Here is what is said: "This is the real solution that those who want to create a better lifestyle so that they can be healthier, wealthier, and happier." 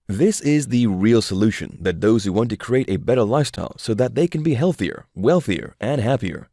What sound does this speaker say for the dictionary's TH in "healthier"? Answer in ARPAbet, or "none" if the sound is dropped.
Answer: TH